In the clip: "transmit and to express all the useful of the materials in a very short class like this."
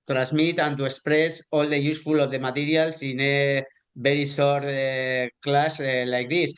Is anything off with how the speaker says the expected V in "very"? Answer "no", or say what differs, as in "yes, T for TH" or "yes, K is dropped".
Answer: yes, B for V